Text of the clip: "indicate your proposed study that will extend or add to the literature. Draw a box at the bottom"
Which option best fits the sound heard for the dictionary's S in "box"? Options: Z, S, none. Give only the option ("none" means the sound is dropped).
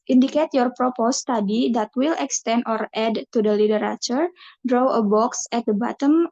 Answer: S